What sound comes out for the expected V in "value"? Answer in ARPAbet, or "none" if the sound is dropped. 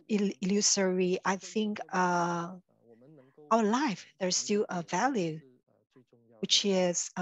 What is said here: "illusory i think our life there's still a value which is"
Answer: V